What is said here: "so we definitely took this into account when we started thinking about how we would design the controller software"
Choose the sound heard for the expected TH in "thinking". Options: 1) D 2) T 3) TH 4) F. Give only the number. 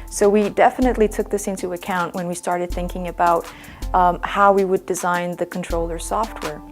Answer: 3